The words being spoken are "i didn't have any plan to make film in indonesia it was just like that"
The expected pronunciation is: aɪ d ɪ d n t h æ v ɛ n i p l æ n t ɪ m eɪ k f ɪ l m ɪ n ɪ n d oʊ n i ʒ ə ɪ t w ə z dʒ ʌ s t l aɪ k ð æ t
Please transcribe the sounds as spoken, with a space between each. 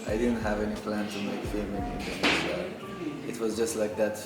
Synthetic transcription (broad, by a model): aɪ d ɪ d n t h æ v ɛ n i p l æ n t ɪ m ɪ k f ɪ m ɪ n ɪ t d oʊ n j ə ɪ t w ə z dʒ ʌ s t l aɪ k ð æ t